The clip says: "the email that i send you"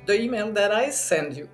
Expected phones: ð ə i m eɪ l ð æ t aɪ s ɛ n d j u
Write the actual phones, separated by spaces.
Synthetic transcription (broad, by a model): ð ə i m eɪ n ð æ t aɪ s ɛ n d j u